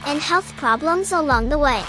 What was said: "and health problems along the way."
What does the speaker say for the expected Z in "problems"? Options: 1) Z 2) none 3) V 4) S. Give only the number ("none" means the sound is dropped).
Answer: 1